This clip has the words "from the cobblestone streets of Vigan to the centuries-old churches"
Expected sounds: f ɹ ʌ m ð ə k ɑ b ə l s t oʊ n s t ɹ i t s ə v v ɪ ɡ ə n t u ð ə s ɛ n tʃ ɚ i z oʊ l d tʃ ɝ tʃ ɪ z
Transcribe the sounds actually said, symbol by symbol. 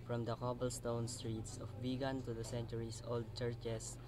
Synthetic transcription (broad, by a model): f ɹ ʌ m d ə k ɑ b ə l s t oʊ n s t ɹ i t s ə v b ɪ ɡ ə n t u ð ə s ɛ n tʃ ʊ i s oʊ l d tʃ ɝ tʃ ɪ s